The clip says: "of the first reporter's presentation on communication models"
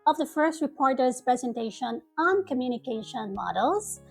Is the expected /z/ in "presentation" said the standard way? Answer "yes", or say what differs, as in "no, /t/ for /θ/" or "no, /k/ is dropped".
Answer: yes